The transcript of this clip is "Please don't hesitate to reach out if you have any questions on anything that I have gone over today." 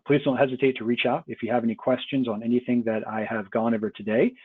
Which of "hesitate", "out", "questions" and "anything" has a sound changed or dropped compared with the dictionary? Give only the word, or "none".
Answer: none